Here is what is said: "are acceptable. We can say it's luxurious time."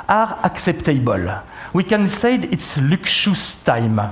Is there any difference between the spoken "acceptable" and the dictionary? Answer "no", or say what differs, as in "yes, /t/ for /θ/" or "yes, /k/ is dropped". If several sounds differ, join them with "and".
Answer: no